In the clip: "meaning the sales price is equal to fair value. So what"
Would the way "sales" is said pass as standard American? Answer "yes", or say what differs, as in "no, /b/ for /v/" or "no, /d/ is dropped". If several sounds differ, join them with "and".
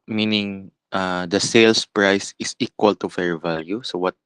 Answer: no, /s/ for /z/